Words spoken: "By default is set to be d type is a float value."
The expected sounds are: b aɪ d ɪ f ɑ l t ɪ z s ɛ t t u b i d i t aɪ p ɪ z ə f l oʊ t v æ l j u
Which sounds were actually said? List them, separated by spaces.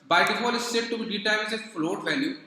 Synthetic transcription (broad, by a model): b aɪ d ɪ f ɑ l ɪ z s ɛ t t u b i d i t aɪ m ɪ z ə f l oʊ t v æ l j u